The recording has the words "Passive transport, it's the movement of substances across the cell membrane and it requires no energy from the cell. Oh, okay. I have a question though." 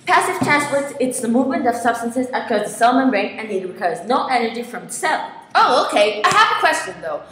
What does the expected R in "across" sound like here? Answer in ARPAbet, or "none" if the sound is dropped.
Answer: none